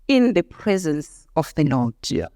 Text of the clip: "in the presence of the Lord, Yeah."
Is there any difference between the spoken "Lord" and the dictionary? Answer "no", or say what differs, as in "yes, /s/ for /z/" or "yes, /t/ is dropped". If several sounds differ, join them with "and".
yes, /n/ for /l/